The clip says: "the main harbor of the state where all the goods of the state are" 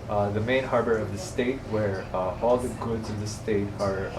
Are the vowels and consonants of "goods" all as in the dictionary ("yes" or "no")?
yes